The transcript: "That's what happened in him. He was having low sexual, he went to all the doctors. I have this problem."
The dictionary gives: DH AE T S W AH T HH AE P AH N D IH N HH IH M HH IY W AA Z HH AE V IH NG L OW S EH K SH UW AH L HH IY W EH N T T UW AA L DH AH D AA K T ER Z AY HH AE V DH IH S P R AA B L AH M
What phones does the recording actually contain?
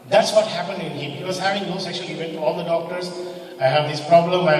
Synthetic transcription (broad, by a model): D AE T S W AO T HH AE P AH N D IH N HH IH M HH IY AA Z HH AE V IH NG N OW S EH K SH UW AH L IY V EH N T T UW AA L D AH D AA K T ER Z AY HH AE V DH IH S P R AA B L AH M